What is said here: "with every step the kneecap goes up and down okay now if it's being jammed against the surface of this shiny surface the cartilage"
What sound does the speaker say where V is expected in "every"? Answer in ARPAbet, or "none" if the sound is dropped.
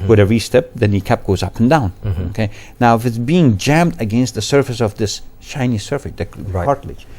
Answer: none